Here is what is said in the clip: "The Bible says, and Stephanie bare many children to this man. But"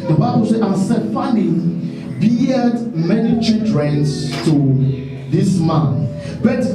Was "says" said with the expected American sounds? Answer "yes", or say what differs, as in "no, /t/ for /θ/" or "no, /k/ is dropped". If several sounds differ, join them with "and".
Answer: no, /z/ is dropped